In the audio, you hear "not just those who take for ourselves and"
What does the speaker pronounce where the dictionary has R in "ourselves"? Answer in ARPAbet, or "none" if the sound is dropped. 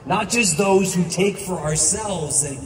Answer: R